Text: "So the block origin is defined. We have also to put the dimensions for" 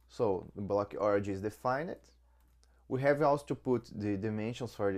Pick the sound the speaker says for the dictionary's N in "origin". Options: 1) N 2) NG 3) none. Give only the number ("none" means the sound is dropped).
3